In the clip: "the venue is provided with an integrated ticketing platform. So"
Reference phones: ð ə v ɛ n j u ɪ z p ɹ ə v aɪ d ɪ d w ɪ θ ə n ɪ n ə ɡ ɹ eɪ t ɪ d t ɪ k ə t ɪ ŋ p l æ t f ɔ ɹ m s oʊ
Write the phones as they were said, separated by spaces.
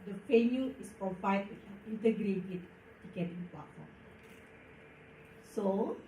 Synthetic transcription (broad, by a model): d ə f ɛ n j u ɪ s p ɹ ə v aɪ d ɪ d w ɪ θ ə n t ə ɡ ɹ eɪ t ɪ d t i k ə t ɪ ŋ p l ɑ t f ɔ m s oʊ